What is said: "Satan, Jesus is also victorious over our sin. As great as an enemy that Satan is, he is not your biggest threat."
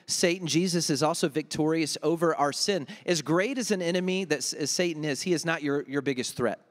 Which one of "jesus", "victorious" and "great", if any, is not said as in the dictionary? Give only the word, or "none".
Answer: none